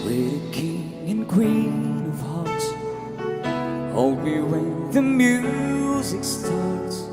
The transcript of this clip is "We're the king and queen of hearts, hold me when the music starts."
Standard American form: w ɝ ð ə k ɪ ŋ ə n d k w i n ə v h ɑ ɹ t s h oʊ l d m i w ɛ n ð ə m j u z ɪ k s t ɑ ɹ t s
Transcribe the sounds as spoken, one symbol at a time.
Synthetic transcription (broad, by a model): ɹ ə k ɪ ŋ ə n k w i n ə v h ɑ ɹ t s h oʊ l d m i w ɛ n ð ə m j u z ɪ k s t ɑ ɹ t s